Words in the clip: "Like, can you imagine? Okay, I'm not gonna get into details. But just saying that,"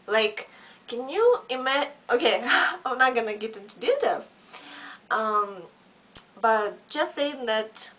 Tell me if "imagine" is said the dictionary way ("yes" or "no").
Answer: no